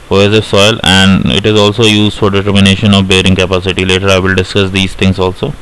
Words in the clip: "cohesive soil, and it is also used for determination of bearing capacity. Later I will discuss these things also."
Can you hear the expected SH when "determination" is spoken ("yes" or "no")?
yes